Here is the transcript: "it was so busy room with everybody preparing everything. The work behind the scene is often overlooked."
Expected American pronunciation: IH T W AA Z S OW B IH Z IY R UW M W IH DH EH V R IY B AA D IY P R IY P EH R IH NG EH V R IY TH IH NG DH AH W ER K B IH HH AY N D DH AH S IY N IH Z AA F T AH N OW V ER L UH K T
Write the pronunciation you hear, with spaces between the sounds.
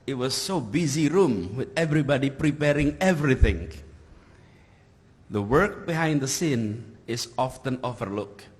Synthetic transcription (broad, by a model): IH T W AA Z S OW B IH Z IY R UW M W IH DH EH V R IY B AA D IY P R IY P EH R IH NG EH V R IY TH IH NG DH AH W ER K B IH HH AY N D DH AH S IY N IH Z AA F T AH N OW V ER L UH K